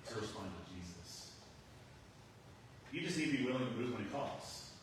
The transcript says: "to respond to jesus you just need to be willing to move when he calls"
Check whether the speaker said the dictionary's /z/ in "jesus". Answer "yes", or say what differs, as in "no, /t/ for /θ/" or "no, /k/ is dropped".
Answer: yes